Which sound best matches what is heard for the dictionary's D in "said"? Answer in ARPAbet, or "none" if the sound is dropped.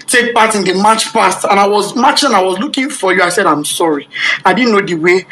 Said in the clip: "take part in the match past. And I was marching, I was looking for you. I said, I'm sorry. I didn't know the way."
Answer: D